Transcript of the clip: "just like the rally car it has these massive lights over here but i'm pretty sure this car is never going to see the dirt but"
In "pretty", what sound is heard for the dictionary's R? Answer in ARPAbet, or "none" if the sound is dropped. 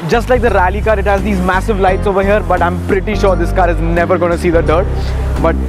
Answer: R